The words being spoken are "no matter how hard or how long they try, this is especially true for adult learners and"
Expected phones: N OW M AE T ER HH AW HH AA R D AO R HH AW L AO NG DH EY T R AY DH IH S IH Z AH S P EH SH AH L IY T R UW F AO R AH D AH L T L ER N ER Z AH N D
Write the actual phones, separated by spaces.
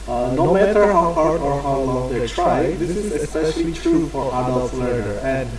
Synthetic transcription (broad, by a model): N OW M AE T ER HH AW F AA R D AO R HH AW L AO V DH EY T R AY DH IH S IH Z AH S P EH SH AH L IY T R UW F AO R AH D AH L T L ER ER AH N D